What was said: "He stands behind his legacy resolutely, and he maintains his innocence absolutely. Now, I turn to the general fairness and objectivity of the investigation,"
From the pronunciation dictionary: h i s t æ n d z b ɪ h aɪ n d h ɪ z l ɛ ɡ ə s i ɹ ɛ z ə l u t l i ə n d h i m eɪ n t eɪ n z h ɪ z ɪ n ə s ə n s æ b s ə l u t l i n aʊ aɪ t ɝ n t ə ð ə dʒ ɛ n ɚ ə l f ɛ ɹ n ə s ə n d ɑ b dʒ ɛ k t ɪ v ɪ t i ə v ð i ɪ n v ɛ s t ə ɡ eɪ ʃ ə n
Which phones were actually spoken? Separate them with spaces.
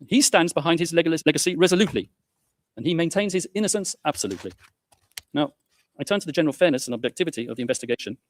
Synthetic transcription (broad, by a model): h i s t æ n d z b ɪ h aɪ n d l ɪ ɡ l ɛ ɡ ə s i ɹ ɛ z ə l u t l i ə n i m eɪ n t eɪ n z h ɪ z ɪ n ə s ə n s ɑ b s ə l u t l i n aʊ aɪ t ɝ n t ə ð ə dʒ ɛ n ɚ ə l f ɛ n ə s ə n ɑ b dʒ ɛ k t ɪ v ɪ t i ə v ð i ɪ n v ɛ s t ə ɡ eɪ ʃ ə n